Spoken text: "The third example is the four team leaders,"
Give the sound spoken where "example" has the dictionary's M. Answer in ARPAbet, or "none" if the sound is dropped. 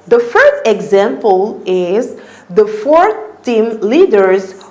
M